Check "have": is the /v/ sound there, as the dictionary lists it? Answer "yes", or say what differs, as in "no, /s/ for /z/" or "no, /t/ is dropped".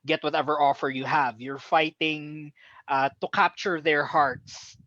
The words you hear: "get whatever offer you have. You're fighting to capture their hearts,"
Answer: yes